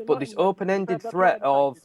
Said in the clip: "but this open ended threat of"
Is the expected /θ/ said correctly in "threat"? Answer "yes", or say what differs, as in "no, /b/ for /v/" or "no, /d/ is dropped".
yes